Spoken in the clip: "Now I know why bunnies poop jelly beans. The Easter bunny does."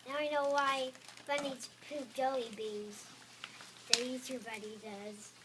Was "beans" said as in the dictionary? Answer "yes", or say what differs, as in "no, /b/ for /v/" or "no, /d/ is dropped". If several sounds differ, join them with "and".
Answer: no, /n/ is dropped